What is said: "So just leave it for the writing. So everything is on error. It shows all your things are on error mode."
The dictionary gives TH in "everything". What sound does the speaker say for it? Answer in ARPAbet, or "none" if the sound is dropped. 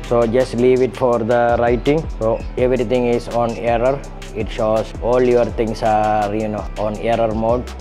T